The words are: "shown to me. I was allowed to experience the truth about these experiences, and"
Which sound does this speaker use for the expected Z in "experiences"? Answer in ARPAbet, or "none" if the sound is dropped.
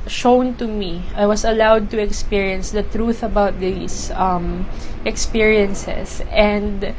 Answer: S